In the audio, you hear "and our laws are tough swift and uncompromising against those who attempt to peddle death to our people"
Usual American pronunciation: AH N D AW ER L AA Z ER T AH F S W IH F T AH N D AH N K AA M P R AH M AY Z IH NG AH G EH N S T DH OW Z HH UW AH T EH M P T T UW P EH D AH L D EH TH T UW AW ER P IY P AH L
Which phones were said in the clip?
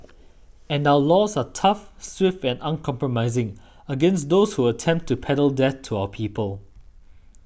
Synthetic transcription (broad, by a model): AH N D AW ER L AA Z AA T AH F S W IH F T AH N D AH N K AA M P R AH M AY Z IH NG AH G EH N S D OW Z HH UW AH T EH M P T T UW P EH D AH L D EH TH T UW AW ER P IY P AH L